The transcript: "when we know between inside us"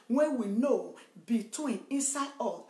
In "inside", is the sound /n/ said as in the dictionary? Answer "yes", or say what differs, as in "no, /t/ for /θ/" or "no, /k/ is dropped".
yes